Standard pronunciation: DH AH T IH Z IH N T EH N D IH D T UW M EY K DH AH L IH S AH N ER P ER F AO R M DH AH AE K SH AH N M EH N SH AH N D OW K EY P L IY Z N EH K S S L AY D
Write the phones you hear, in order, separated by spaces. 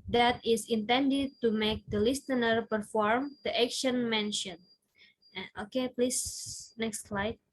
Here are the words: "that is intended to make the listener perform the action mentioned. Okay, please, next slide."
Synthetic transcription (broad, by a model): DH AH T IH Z IH N T EH N D IH D T UW M EY K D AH L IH S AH N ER P ER F AO R M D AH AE K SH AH N M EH N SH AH N OW K EY P L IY S N EH K S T L AY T